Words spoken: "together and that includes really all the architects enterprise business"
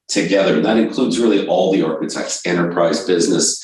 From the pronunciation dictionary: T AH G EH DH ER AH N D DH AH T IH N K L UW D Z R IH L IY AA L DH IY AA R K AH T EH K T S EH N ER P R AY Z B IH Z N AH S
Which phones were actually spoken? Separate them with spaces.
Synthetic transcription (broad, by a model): T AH G EH DH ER AH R DH AH T IH N K L UW D Z R IH L IY AA L DH IY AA R K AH T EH K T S EH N ER P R AY Z B IH Z N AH S